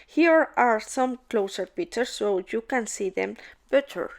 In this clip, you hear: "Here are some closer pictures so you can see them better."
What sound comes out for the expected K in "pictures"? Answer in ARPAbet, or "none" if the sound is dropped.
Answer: none